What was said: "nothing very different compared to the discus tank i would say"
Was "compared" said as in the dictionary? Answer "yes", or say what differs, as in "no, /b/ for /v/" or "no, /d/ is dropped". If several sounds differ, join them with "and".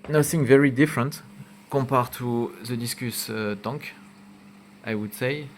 no, /m/ is dropped